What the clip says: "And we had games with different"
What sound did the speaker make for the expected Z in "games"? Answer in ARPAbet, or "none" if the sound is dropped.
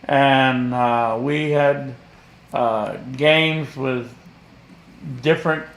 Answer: Z